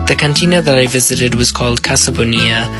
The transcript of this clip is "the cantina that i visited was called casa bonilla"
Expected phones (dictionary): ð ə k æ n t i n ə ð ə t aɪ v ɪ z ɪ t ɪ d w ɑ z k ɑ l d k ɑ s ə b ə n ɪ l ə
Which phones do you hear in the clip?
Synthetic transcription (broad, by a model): ð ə k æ n t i n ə ð ə t aɪ v ɪ z ɪ t ɪ d w ɑ z k ɑ l d k ɑ s ə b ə n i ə